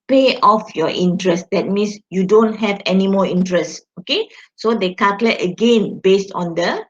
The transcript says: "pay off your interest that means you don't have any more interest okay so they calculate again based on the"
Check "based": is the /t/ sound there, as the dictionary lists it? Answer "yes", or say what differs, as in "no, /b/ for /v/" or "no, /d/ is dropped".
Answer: yes